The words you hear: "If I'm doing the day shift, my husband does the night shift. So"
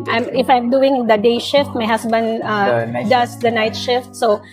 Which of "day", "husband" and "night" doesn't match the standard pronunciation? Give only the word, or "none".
husband